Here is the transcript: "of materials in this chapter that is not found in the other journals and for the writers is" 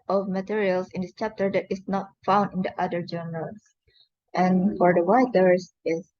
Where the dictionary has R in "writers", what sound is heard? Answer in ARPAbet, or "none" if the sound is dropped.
W